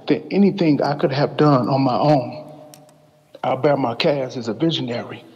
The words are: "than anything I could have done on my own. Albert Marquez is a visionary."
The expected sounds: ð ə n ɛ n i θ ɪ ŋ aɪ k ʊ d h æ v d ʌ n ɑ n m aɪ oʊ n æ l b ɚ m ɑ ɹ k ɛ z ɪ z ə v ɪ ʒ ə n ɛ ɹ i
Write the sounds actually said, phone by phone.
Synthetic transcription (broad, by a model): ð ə ɛ n i θ ɪ ŋ aɪ k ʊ d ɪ v d ʌ n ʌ n m aɪ oʊ n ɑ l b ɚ m ɑ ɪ k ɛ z ɪ z ə v ɪ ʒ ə n ɛ ɹ i